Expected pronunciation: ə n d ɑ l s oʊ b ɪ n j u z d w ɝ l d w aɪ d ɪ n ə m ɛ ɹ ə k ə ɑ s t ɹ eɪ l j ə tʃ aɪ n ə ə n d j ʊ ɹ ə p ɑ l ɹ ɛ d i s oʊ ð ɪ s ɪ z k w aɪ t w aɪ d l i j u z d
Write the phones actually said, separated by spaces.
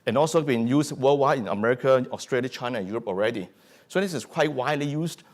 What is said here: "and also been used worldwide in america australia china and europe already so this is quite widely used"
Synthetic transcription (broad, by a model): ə n ɑ l s oʊ b ɪ n j u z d w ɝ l w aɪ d ɪ n ə m ɛ ɹ ə k ə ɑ s t ɹ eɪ l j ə tʃ aɪ n ə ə n j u ɹ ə p ɑ l ɹ ɛ d i s oʊ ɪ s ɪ s k w aɪ t w aɪ d l i j u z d